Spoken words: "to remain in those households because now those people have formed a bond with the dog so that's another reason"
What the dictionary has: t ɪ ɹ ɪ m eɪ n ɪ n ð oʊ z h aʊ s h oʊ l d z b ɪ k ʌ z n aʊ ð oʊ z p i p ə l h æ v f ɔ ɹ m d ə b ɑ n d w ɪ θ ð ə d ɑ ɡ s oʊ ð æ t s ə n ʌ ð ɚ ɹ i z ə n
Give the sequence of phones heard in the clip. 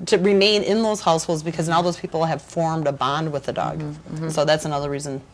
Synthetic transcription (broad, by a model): t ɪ ɹ ɪ m eɪ n ɪ n ð oʊ z h aʊ s h oʊ l d z b ɪ k ʌ z n aʊ ð oʊ z p i p l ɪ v f ɔ ɹ m d ə b ɑ n d w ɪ ð ə d ɑ ɡ s oʊ ð æ t s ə n ʌ ð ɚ ɹ i z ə n